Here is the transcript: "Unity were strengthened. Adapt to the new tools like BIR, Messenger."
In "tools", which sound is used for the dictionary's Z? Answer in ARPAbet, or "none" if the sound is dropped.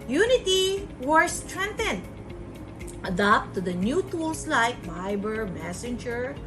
S